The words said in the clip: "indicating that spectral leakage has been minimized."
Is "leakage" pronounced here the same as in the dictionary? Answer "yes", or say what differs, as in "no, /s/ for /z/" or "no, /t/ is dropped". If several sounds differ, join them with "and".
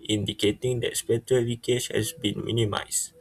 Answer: no, /w/ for /l/